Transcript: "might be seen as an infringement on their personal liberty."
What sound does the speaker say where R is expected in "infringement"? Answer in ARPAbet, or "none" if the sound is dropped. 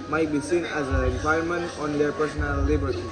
none